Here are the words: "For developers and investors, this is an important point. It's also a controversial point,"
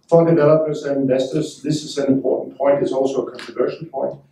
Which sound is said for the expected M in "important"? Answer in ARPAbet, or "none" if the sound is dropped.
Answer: none